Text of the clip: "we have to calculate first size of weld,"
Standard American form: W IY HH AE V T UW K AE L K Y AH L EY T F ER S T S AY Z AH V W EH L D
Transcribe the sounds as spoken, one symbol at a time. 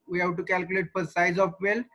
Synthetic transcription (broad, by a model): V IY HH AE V T UW K AE L K Y AH L EY T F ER T S AY Z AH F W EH L